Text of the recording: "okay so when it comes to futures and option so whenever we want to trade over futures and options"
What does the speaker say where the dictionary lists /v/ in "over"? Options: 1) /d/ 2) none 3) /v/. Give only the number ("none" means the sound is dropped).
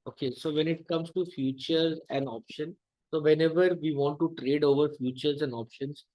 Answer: 3